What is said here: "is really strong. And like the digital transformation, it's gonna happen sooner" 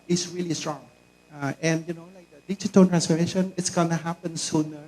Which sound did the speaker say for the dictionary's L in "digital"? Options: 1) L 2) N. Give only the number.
2